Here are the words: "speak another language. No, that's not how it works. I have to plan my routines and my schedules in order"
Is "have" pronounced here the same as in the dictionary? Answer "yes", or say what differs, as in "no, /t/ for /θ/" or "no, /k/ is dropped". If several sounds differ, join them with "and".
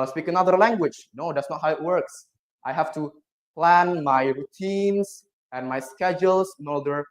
no, /f/ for /v/